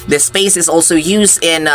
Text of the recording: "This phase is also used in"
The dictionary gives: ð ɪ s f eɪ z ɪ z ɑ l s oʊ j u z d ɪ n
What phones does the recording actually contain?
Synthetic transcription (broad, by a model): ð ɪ s p eɪ s ɪ z ɑ l s oʊ j u z d ɪ n